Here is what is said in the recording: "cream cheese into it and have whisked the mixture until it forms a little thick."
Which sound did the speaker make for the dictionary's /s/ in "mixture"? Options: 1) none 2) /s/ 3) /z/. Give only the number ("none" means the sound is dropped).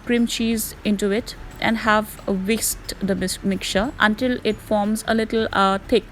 1